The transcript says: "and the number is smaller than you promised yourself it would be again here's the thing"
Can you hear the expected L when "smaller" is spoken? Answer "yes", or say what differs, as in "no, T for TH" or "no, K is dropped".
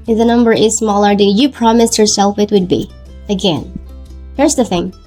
yes